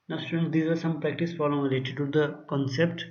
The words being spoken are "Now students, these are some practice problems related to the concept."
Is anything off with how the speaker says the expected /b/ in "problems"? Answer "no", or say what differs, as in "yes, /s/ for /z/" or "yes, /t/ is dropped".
yes, /b/ is dropped